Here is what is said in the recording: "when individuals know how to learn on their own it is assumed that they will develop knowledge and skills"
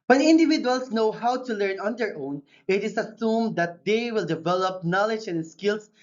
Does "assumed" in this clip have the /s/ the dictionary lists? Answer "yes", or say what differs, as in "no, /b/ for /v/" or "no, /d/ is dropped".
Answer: yes